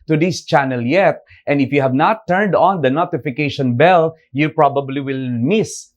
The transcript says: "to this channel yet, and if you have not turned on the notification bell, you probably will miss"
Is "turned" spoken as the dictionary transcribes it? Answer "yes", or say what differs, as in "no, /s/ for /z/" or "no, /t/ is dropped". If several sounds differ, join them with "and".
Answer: yes